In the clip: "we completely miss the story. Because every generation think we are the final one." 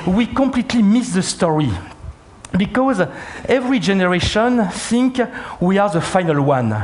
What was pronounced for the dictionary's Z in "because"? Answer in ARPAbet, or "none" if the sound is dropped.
Z